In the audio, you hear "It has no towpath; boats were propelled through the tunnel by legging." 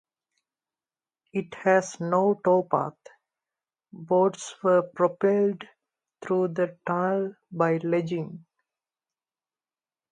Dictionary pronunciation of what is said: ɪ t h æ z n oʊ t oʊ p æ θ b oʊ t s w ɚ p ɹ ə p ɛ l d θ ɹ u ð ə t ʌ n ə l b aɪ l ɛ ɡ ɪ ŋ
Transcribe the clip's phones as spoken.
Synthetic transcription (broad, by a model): ɪ t h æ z n oʊ t oʊ p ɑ t b oʊ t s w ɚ p ɹ ə p ɛ l d t ɹ u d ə t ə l b aɪ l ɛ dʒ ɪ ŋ